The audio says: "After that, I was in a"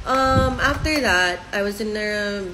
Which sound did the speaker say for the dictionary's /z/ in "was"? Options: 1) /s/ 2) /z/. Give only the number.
2